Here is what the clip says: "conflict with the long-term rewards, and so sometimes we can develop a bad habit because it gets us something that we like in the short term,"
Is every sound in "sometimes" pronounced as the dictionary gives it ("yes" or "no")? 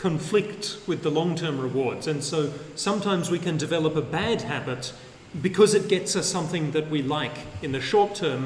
yes